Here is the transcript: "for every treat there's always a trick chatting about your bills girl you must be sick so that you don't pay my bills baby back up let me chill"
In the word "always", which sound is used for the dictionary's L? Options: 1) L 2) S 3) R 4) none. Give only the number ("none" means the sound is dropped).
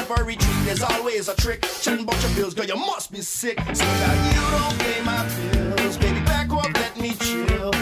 1